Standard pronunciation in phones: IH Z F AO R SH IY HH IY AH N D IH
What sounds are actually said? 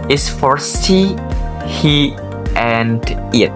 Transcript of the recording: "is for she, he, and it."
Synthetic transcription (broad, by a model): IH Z F AO R S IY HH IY AH N D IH